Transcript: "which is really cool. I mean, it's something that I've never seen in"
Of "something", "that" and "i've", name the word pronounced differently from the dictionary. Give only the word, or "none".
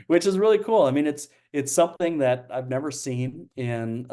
none